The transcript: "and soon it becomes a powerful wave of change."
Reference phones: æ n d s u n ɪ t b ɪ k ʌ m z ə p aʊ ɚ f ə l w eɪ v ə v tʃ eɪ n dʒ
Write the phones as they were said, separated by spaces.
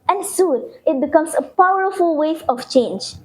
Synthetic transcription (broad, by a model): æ n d s u n ɪ t b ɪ k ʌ m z ə p aʊ ɚ f ə l w eɪ f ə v tʃ eɪ n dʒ